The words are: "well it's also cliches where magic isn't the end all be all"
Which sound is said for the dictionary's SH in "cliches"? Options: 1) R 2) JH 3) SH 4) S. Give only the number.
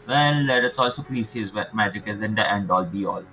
4